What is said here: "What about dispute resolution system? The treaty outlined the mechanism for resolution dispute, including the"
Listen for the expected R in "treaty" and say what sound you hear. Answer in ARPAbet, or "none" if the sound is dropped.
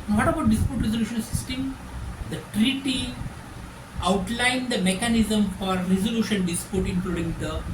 R